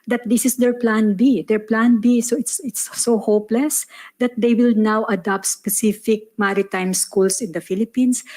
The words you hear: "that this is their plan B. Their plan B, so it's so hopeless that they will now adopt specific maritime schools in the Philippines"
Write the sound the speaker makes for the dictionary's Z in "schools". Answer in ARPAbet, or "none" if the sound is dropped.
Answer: S